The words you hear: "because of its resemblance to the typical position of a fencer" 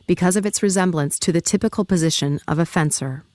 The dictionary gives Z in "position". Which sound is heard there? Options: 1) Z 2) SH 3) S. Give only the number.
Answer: 1